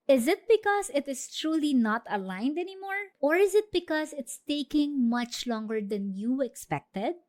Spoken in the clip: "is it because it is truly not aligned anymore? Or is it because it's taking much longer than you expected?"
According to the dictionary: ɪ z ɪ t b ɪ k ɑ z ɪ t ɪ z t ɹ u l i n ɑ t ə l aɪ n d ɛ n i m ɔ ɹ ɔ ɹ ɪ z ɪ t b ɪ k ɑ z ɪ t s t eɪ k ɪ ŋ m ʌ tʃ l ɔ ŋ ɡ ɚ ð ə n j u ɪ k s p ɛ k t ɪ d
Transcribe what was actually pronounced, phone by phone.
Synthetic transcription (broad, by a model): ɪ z ɪ t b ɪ k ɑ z ɪ t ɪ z t ɹ u l i n ɑ t ə l aɪ n d ɛ n i m ɔ ɹ ɔ ɹ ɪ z ɪ t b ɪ k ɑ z ɪ t s t eɪ k ɪ ŋ m ʌ tʃ l ɔ ŋ ɡ ɚ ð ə n j u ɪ k s p ɛ k t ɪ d